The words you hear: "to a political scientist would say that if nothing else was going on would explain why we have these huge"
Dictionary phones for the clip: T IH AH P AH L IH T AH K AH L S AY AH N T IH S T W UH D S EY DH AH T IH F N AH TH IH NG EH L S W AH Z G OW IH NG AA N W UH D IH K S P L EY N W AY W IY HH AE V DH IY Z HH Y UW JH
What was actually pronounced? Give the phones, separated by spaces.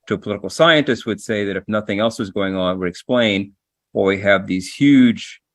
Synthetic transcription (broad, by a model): T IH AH P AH L IH T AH K L S AY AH N T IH S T W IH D S EY DH AH T IH F N AH TH IH NG EH L S W AH Z G OW IH NG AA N W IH D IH K S P L EY N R W IY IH V DH IY Z HH Y UW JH